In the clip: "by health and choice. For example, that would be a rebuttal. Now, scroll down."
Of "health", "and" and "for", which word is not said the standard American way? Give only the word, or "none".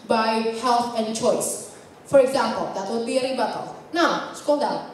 health